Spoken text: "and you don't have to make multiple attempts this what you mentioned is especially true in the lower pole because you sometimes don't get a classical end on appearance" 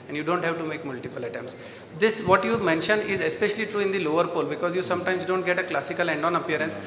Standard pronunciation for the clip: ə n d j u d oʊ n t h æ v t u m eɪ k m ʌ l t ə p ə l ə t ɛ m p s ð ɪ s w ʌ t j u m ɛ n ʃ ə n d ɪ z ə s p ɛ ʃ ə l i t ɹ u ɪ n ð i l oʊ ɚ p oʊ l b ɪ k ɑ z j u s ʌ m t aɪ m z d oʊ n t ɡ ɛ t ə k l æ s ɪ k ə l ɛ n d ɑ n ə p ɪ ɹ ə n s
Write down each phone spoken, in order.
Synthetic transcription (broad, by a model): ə n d j u d oʊ n t h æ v t u m eɪ k m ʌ l t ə p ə l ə t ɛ m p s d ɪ s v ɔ t j u m ɛ n ʃ ə n d ɪ z ə s p ɛ ʃ ə l i t ɹ u ɪ n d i l oʊ ɚ p oʊ l b ɪ k ɑ z j u s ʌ m t aɪ m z d oʊ n t ɡ ɛ t ə k l æ s ɪ k ə l ɛ n d ɑ n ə p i ɹ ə n s